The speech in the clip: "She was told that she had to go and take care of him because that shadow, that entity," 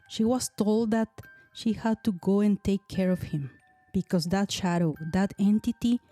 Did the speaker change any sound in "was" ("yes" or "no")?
yes